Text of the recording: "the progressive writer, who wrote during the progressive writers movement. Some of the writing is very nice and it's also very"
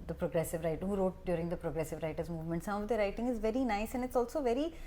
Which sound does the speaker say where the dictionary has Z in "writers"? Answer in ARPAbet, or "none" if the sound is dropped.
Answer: Z